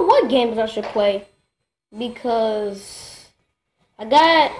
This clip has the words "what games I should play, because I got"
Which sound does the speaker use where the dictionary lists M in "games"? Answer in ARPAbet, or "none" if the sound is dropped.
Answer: M